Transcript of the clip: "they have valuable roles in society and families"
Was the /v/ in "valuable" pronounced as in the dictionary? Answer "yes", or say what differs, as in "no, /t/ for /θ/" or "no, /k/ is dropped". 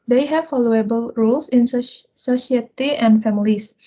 no, /f/ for /v/